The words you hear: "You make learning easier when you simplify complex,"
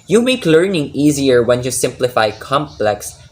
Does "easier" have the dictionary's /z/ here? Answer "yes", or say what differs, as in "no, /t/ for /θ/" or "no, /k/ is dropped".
yes